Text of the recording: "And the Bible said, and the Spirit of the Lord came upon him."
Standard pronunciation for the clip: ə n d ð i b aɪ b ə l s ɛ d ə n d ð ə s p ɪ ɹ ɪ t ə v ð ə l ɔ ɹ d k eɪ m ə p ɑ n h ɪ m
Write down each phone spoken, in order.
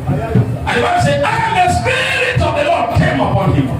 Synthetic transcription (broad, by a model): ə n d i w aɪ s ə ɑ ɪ ə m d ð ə s p ɪ ɹ ɪ t ə v ð ə l ɔ d k eɪ m ə p ɑ n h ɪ m